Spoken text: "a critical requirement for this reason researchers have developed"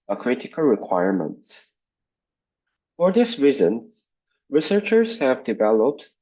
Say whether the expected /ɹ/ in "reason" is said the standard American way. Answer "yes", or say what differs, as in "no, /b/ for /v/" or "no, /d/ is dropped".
yes